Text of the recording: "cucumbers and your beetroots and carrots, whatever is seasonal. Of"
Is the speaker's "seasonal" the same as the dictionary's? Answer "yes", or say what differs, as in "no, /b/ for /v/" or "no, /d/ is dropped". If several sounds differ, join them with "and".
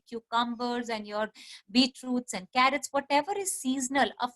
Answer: yes